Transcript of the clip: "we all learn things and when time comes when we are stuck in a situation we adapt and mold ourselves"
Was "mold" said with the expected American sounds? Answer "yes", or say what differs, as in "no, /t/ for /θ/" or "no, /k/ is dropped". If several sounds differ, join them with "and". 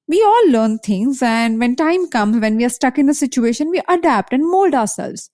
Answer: yes